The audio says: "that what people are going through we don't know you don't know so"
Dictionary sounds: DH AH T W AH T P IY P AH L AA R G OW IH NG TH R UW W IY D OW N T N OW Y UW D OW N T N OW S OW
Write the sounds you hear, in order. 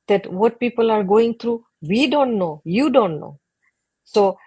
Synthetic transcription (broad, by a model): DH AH T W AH T P IY P AH L AA R G OW IH NG T R UW W IY D OW N T N OW Y UW D OW N T N OW S OW